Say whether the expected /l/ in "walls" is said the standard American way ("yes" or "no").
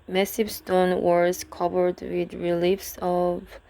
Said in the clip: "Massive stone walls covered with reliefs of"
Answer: no